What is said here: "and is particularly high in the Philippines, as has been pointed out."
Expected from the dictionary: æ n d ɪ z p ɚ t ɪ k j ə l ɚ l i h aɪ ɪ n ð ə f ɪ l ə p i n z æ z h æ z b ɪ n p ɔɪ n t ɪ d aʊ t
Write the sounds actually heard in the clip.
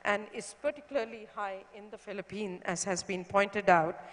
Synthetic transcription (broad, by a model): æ n d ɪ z p ɚ t ɪ k j ə l ɚ l i h aɪ ɪ n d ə f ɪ l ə p i n æ z h æ z b ɪ n p ɔɪ n t ɪ d aʊ t